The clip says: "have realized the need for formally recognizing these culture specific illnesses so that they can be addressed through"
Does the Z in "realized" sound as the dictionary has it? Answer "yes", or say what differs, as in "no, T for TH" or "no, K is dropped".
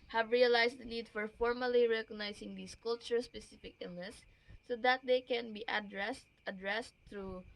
no, S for Z